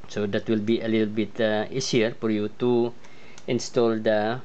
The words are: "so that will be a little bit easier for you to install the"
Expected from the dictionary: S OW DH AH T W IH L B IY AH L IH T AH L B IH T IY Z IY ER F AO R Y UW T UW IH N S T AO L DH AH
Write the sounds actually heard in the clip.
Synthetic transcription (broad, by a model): S OW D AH T W IH L B IY AH L IH T AH L B IH T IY S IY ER F AO R Y UW T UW IH N S T AO L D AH